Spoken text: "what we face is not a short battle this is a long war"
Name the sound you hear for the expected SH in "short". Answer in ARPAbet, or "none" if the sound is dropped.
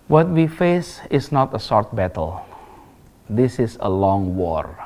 S